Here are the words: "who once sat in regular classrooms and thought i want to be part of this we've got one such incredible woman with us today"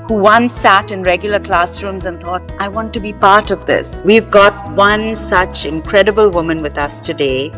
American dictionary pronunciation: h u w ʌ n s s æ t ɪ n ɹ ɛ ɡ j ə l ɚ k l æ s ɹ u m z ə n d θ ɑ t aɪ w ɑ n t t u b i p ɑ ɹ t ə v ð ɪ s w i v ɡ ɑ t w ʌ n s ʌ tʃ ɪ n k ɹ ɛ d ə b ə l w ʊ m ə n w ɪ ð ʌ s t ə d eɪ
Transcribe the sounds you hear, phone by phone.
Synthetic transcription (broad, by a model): h u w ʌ n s s æ t ɪ n ɹ ɛ ɡ j ə l ɚ k l æ s ɹ u m z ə n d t ɑ t aɪ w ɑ n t t u b i p ɑ ɹ t ə v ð ɪ s w i v ɡ ɑ t w ʌ n s ʌ tʃ ɪ n k ɹ ɛ d ə b ə l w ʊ m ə n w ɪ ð ʌ s t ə d eɪ